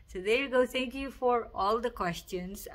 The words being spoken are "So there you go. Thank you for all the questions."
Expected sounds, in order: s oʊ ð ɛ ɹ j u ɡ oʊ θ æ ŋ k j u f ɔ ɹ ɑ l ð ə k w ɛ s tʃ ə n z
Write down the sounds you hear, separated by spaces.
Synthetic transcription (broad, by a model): s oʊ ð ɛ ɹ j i ɡ oʊ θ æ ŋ k j u f ɔ ɹ ɑ l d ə k w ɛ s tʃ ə n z